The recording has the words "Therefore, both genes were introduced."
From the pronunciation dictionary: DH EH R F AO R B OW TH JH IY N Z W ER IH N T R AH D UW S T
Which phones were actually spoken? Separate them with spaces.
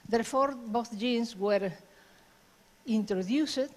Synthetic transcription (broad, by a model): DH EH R F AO R B OW TH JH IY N S W ER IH N T R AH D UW S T